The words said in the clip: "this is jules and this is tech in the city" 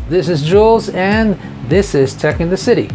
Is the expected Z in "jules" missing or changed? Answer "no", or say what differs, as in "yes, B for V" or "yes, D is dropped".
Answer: no